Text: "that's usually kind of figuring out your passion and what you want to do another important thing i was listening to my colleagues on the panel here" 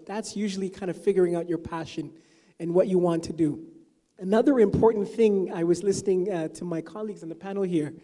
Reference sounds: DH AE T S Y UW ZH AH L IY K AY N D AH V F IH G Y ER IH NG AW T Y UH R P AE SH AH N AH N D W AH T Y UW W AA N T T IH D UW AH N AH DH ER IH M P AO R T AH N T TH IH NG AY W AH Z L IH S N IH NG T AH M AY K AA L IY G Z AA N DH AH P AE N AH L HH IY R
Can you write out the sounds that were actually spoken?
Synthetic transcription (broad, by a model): DH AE T S Y UW ZH L IY K AY N D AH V F IH G Y ER IH NG AW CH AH R P AE SH AH N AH N W AH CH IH W AA N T T IH D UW AH N AH DH ER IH M P AO R T N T TH IH NG AY W AH Z L IH S N IH NG T AH M AY K AA L IY G Z N DH AH P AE N L HH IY R